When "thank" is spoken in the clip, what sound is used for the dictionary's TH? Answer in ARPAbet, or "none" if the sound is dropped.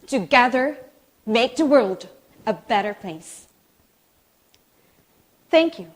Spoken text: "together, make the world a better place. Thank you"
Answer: TH